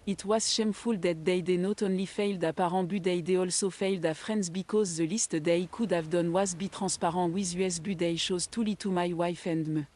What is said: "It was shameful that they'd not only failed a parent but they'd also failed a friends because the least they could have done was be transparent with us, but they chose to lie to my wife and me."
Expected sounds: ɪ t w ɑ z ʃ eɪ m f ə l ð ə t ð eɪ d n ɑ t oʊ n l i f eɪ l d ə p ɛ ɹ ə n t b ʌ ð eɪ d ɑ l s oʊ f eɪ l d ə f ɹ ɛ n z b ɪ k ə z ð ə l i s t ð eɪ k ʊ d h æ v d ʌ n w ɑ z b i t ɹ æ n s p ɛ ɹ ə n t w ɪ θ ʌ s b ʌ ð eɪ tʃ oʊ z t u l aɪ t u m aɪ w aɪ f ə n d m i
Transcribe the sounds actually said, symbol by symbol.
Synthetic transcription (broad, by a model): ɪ t w ɑ z ʃ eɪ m f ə l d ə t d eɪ d n ɑ t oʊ n l i f eɪ l d ə p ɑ ɹ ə b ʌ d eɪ d ɑ l s oʊ f eɪ l d ə f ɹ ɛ n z b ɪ k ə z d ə l i s t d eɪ k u d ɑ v d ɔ n w ɑ z b i t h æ s p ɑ ɹ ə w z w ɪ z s b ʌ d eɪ ʃ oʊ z t u l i t u m aɪ w aɪ f ə n d m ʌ